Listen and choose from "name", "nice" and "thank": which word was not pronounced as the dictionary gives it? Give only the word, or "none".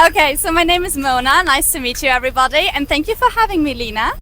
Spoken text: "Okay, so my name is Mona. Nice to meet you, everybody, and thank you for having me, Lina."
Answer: none